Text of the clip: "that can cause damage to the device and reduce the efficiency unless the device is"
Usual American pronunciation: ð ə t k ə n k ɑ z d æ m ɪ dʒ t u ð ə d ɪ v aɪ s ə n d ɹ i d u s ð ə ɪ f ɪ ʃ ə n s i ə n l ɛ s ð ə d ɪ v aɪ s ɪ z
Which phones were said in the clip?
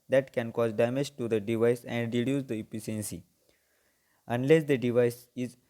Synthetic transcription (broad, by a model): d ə t k ə n k ɑ z d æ m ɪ dʒ t u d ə d ɪ v aɪ s ə n d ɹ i d u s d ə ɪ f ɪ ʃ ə n s i ə n l ɛ s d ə d ɪ v aɪ s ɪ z